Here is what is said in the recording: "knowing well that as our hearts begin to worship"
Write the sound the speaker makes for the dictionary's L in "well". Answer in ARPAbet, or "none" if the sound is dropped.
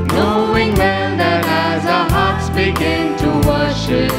N